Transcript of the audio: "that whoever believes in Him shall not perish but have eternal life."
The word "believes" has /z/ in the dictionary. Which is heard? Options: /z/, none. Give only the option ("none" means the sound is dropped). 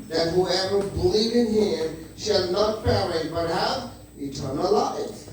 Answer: none